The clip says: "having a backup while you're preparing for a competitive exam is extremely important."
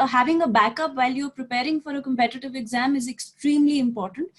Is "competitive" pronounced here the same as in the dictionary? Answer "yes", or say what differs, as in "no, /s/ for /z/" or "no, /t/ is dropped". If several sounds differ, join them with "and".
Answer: yes